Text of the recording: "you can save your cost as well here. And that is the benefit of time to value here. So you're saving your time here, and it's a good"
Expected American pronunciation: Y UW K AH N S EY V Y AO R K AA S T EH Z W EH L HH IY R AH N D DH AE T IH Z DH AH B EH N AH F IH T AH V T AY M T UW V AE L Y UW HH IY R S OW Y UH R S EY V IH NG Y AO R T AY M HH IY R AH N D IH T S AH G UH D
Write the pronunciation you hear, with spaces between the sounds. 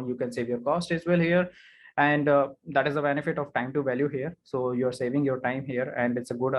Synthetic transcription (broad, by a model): Y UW K AH N S EY V Y AO R K AA S T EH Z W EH L HH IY R AH N D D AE T IH Z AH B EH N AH F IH T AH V T AY M T UW V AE L Y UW HH IY R S OW Y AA R S EY V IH NG Y AO R T AY M HH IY R AH N D IH T S AH G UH D